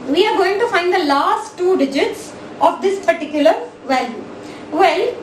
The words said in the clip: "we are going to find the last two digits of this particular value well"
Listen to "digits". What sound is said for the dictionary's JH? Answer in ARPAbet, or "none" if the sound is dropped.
JH